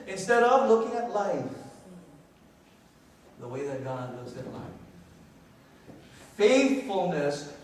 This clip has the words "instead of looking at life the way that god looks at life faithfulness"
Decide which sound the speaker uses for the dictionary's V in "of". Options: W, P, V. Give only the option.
V